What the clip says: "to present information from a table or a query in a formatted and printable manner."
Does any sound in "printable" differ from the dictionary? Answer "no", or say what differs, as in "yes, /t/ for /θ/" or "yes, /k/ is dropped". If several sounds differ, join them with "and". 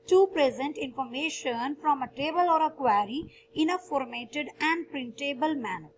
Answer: no